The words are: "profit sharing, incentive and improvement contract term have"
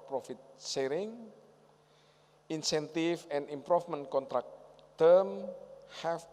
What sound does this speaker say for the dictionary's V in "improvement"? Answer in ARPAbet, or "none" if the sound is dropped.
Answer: F